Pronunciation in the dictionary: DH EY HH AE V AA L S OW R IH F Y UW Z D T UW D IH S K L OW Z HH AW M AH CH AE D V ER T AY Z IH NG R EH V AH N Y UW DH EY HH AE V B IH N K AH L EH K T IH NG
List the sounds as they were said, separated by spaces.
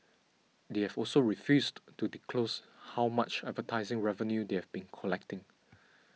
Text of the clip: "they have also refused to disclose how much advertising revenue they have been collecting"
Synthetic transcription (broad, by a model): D EY HH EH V AA L S OW R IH F Y UW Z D T UW D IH K L OW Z HH AW M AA CH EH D V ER T AY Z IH NG R EH V AH N Y UW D EY HH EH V B IH N K AH L EH K T IH NG